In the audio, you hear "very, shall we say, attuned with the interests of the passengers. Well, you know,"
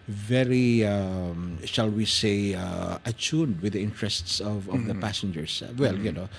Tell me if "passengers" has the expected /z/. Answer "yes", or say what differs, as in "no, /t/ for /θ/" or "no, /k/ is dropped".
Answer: no, /s/ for /z/